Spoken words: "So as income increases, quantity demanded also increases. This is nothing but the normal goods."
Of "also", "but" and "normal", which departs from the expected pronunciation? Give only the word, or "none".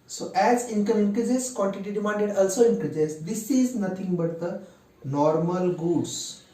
none